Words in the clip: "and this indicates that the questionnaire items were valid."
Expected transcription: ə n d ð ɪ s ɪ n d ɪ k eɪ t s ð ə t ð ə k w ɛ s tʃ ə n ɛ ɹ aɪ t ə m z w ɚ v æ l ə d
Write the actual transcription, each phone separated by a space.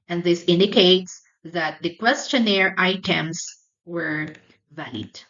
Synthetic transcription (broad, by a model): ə n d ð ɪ s ɪ n d ɪ k eɪ t s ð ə t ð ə k w ɛ s tʃ ə n ɛ ɹ aɪ t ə m s w ɚ v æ l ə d